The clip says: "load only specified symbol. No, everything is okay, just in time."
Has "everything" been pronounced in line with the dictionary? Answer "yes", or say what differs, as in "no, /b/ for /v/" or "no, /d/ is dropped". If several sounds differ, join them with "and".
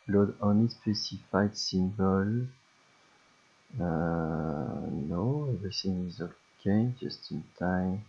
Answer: no, /ɹ/ is dropped and /s/ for /θ/